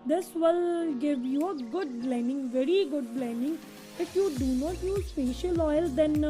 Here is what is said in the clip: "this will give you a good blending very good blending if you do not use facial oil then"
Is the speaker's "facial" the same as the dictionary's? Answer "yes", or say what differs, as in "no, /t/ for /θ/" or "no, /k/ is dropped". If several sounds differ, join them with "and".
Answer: no, /p/ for /f/